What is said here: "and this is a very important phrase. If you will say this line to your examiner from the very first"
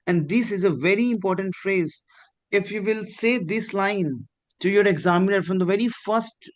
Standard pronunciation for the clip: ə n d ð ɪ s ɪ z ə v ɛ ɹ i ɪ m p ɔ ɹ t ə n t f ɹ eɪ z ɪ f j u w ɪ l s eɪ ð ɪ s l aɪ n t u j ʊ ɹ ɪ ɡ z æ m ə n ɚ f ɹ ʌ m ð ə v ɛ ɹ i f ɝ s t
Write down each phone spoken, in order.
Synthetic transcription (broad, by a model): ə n d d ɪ s ɪ z ə v ɛ ɹ i ɪ m p ɔ ɹ t ə n t f ɹ eɪ z ɪ f j u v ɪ l s eɪ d ɪ s l aɪ n t u j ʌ ɹ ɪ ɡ z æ m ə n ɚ f ɹ ʌ m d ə v ɛ ɹ i f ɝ s t